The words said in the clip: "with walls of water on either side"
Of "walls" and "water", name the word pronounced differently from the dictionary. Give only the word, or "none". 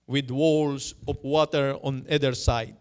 walls